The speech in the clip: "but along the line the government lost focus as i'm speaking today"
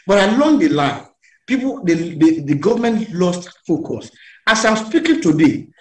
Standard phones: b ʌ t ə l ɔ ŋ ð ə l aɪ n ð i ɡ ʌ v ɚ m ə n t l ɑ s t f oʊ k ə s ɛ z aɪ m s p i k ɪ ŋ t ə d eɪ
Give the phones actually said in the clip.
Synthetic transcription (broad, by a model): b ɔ t ə l ɔ ŋ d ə l aɪ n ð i ɡ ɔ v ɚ m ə n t l ɑ s t f oʊ k ə s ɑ s aɪ m s p i k ɪ ŋ t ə d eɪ